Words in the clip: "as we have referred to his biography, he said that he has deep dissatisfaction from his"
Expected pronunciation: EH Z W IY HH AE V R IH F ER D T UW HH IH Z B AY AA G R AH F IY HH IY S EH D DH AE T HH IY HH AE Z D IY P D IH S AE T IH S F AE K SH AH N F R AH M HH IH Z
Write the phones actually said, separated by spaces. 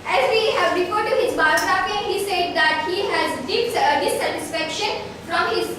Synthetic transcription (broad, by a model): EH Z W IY HH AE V R IH F ER D T UW HH IH Z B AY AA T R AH P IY HH IY S EH D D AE T HH IY HH AE Z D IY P D IH S AE T IH S F AE K SH AH N F R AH M HH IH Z